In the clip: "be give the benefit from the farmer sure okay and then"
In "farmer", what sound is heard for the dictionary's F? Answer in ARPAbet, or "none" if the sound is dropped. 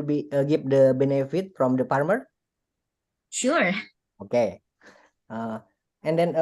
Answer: P